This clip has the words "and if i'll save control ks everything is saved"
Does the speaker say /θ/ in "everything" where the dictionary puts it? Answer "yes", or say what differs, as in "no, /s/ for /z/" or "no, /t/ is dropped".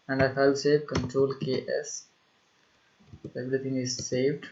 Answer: no, /t/ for /θ/